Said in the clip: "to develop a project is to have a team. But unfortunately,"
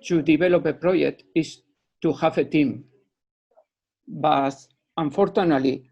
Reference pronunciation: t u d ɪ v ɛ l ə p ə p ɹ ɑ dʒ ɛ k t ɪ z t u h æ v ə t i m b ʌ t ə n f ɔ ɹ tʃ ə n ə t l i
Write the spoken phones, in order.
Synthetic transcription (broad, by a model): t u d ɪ b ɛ l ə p ə p ɹ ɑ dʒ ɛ k t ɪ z t u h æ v ə t i m b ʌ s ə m f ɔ ɹ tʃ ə n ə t l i